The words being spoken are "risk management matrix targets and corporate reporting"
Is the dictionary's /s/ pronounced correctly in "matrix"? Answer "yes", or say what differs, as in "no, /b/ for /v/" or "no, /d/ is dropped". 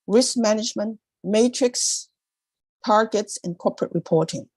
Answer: yes